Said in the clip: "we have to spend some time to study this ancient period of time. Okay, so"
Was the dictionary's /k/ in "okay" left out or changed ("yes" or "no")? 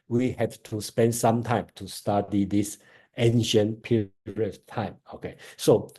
no